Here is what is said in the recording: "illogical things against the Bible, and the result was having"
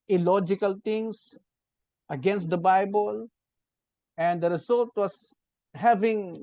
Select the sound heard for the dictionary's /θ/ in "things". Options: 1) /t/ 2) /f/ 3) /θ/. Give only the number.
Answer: 1